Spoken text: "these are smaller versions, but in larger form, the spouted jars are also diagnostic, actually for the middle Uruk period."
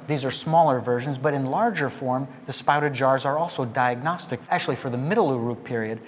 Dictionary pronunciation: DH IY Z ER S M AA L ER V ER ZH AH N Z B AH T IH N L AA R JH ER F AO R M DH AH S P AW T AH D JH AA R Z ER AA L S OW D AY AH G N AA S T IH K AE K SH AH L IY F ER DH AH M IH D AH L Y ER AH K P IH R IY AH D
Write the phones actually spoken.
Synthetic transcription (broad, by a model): DH IY Z ER S M AA L ER V ER ZH AH N Z B AH T IH N L AA R JH ER F AO R M DH AH S P AW T AH D JH AA R Z ER AA L S OW D AY AH G N AA S T IH K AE K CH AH L IY F ER DH AH M IH D L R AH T P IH R IY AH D